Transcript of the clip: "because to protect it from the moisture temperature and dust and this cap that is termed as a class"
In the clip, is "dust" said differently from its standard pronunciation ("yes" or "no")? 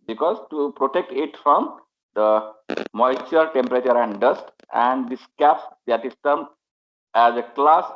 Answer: no